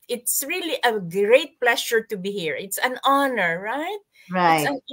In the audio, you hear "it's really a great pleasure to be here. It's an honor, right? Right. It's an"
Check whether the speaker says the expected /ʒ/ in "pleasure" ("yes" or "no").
no